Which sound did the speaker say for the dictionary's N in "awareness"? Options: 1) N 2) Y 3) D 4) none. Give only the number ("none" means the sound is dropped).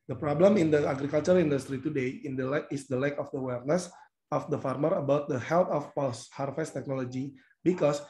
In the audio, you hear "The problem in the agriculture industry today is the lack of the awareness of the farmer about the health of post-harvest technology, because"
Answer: 1